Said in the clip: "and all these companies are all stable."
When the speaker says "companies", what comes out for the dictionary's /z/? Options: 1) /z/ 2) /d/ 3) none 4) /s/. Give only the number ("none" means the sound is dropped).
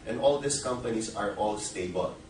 4